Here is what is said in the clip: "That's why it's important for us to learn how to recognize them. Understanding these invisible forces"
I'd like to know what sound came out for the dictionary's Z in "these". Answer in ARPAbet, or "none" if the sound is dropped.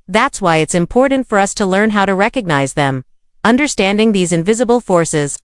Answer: Z